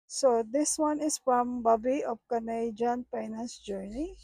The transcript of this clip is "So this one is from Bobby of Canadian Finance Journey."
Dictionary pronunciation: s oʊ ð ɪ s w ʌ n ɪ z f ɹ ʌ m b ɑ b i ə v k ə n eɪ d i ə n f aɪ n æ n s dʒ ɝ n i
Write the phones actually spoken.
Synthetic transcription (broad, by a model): s oʊ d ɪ s w ʌ n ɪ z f ɹ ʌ m b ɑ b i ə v k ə n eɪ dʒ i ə n p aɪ n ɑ s dʒ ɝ n i